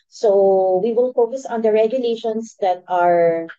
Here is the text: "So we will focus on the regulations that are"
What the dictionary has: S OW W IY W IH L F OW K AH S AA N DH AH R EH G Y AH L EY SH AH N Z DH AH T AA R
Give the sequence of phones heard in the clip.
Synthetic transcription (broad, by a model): S OW W IY W IH L F OW K AH S AA N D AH R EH G Y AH L EY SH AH N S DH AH T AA R